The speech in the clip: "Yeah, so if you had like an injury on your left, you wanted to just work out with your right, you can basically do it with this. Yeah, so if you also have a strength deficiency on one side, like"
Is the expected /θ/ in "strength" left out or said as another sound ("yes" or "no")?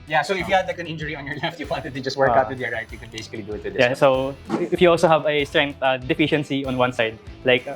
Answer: yes